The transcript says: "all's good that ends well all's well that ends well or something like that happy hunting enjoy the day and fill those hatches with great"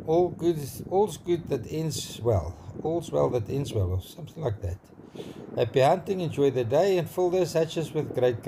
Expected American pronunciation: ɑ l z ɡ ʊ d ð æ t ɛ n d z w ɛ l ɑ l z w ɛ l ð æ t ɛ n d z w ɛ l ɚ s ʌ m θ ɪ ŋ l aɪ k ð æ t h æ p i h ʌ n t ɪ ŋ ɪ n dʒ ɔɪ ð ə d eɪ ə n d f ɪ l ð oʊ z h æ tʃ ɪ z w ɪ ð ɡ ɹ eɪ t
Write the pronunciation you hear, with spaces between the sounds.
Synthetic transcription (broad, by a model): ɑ l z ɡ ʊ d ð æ t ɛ n d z w ɛ l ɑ l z w ɛ l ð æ t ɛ n d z w ɛ l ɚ s ʌ m θ ɪ ŋ l aɪ k ð æ t h æ p i h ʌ n t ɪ ŋ ɪ n dʒ ɔɪ ð ə d eɪ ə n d f ɪ l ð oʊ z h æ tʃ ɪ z w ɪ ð ɡ ɹ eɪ t